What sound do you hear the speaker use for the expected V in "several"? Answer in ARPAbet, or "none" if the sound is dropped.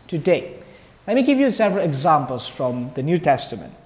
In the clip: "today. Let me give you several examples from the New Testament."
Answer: V